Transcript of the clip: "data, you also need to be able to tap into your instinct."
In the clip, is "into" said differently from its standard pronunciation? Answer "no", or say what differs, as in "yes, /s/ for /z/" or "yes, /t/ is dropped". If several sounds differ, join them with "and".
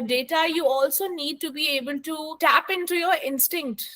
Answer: no